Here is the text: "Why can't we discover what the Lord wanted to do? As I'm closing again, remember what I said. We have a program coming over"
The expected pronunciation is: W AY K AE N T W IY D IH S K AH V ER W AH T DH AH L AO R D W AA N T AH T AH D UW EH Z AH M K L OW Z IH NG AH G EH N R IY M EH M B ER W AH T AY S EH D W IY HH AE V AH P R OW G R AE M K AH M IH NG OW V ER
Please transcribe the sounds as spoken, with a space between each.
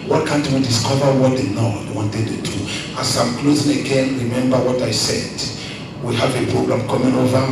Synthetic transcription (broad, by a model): W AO K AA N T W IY D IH S K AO V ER W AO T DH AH N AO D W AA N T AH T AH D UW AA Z AH M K L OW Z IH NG AH G EH N R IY M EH M B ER W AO T AY S EH D W IY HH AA V AH P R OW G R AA M K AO M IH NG OW V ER